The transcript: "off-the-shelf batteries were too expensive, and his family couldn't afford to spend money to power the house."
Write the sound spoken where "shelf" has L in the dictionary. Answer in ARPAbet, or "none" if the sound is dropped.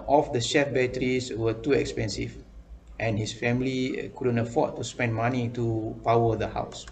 none